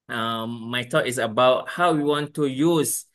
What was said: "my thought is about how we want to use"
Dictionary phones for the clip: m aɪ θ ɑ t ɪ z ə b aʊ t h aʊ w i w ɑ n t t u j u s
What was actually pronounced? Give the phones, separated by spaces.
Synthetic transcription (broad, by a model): m aɪ t ɑ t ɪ s ə b aʊ t h aʊ w i w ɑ n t t u j u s